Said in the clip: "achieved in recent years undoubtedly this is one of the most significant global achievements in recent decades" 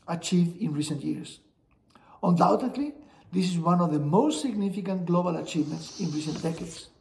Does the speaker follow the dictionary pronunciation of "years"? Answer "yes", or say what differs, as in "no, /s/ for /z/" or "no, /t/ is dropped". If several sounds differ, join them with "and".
no, /s/ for /z/